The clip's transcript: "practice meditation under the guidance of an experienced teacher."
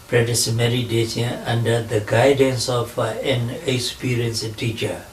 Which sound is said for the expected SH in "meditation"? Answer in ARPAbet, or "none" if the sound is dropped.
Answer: S